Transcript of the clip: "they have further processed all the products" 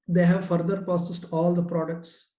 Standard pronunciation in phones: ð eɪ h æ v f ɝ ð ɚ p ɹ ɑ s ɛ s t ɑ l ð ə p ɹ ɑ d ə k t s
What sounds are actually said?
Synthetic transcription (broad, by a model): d eɪ h æ v f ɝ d ɚ p ɑ s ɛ s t ɑ l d ə p ɹ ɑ d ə k t s